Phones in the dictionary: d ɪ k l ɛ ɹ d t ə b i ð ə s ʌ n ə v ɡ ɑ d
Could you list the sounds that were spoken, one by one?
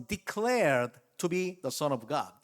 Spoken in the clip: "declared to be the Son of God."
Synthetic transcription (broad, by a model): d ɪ k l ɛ ɹ d t ə b i ð ə s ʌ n ə v ɡ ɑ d